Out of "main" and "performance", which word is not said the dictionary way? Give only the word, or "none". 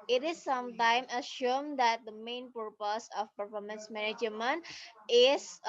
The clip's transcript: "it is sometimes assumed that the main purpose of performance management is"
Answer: none